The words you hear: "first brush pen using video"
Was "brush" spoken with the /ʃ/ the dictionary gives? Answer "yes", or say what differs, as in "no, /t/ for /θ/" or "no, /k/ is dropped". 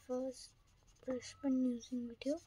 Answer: no, /s/ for /ʃ/